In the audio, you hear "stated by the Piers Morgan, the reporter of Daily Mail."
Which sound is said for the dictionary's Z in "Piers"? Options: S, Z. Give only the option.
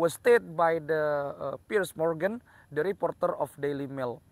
S